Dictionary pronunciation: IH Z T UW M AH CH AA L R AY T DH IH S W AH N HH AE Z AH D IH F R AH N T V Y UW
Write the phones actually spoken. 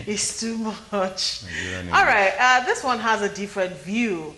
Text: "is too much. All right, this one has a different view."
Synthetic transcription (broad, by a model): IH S T UW M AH CH AA L R AY T DH IH S W AH N HH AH Z AH D IH F R AH N T V Y UW